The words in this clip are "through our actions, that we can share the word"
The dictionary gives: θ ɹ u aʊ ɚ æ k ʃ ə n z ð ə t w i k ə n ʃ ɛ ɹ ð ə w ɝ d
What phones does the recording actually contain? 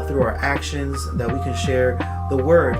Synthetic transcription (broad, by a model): θ ɹ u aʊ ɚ æ k ʃ ə n z ð ə t w i k ə n ʃ ɛ ɹ ð ə w ɝ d